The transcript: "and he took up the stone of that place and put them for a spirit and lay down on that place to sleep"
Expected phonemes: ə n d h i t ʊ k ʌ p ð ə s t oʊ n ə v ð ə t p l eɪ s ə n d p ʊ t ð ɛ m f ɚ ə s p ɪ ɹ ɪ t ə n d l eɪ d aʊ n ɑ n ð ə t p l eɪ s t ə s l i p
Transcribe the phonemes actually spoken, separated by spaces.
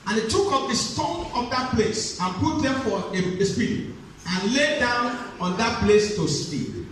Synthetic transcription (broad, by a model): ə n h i t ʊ k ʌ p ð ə s t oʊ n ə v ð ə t p l eɪ s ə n p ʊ t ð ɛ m f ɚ ə s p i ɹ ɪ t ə n l eɪ d aʊ n ɑ n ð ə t p l eɪ s t ə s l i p